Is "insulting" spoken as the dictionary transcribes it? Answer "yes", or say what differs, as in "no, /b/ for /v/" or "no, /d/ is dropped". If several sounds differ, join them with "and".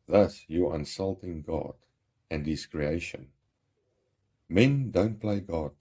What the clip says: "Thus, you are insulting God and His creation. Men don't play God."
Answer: yes